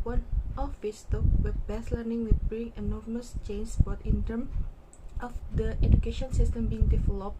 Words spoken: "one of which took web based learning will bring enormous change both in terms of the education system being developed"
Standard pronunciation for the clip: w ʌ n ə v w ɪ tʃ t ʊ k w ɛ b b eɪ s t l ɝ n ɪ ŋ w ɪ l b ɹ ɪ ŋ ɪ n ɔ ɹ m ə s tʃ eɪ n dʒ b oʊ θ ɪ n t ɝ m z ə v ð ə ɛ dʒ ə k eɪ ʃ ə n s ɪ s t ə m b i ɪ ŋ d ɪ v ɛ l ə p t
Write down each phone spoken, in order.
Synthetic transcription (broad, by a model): w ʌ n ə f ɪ s t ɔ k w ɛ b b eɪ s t l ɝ n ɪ ŋ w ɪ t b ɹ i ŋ ɪ n ɔ ɹ m ə s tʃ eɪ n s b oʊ t ɪ n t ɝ m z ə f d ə ɛ dʒ ə k eɪ ʃ ə n s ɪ s t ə m b i ɪ ŋ d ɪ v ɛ l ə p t